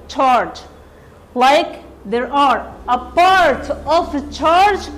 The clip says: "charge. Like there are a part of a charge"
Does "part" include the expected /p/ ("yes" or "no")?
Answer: yes